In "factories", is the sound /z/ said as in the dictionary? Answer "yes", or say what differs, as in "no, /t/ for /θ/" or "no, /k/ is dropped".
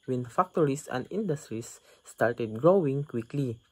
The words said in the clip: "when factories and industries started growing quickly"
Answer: no, /s/ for /z/